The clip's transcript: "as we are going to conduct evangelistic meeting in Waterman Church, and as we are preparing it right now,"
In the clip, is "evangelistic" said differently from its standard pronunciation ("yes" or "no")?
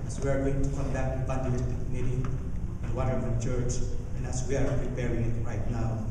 yes